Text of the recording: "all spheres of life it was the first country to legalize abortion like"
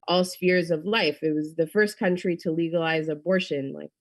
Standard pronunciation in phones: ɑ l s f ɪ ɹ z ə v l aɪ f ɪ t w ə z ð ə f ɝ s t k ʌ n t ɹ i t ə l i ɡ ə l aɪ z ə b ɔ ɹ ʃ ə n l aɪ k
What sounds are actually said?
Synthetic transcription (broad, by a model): ɑ l s f ɪ ɹ z ə v l aɪ f ɪ t w ə z ð ə f ɝ s k ʌ n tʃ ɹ i t ə l i ɡ ə l aɪ z ə b ɔ ɹ ʃ ə n l aɪ k